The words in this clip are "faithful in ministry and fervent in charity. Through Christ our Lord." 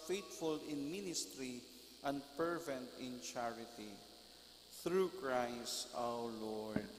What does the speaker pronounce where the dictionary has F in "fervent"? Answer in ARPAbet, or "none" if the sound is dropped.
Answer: P